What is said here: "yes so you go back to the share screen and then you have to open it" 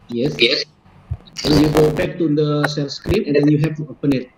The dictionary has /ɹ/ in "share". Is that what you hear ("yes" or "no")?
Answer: no